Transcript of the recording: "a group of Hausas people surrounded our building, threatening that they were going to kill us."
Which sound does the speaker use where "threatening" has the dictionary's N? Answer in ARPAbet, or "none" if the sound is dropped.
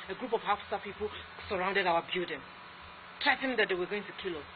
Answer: none